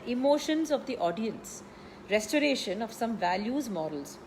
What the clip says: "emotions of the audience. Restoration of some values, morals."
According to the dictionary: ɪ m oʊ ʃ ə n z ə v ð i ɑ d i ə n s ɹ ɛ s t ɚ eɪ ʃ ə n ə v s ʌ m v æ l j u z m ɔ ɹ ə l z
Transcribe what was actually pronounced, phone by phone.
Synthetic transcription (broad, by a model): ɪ m oʊ ʃ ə n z ə v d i ɑ d i ə n s ɹ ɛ s t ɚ eɪ ʃ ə n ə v s ʌ m v æ l j u z m ɔ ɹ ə l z